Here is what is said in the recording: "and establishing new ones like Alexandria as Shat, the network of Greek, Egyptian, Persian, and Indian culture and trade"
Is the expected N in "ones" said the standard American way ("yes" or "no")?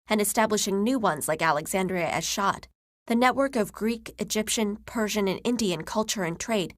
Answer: yes